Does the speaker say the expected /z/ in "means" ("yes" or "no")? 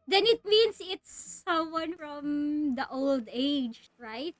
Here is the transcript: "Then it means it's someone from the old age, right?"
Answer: no